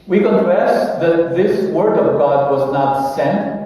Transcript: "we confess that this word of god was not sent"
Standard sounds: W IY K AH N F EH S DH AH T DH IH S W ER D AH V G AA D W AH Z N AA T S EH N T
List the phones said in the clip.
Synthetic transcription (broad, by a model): W IY K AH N F EH S DH AH T DH IH S W ER D AH V G AA D W AH Z N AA T S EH N T